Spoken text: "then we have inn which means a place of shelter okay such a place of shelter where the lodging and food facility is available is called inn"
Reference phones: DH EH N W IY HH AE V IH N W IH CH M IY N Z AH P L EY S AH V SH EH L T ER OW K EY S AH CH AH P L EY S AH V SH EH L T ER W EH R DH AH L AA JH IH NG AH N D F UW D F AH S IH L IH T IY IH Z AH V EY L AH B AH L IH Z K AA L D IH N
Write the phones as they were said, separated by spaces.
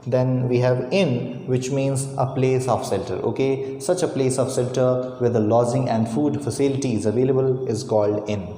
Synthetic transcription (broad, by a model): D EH N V IY HH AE V IH N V IH CH M IY N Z AH P L EY S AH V S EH L T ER OW K EY S AH CH AH P L EY S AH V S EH L T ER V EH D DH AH L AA Z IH NG AH N D F UW D F AH S IH L IH T IY IH Z AH V EY L AH B AH L IH Z K AA L D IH N